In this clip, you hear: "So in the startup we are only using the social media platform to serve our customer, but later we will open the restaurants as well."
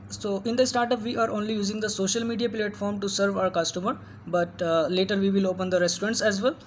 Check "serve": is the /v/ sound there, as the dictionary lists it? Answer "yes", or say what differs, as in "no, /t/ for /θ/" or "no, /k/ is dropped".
yes